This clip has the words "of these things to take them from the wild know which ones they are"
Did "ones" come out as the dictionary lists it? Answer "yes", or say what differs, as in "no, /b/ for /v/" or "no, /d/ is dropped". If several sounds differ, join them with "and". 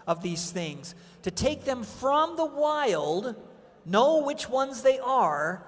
yes